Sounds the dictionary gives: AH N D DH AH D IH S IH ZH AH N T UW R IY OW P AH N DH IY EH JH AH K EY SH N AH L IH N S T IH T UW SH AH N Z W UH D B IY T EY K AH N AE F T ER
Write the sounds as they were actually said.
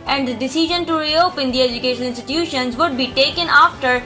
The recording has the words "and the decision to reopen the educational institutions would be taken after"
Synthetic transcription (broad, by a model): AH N D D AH D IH S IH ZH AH N T UW R IY OW P AH N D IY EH JH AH K EY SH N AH N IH N S T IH T UW SH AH N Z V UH D B IY T EY K AH N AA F T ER